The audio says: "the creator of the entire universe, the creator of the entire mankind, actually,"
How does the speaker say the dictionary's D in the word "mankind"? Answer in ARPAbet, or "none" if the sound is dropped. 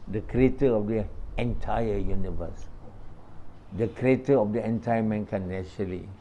none